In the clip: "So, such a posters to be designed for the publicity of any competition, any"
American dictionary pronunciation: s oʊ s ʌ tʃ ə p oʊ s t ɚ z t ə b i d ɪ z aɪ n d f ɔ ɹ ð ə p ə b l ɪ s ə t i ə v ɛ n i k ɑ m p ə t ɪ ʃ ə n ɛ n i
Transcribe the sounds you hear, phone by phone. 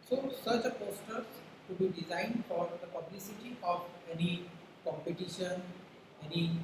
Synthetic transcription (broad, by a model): s oʊ s ʌ tʃ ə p oʊ s t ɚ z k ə b i d ɪ z aɪ n d f ɔ ɹ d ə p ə b l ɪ s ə t i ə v ɛ n i k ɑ m p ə t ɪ ʃ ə n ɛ n i